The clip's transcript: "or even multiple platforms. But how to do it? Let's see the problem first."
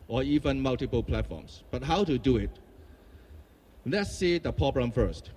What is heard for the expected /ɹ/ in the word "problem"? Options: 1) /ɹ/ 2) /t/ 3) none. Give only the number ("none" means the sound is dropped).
3